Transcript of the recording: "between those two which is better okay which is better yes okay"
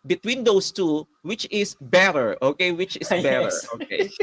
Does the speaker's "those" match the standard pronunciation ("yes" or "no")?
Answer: no